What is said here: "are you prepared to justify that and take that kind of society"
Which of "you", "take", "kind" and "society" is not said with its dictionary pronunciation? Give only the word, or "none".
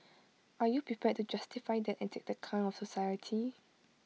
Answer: kind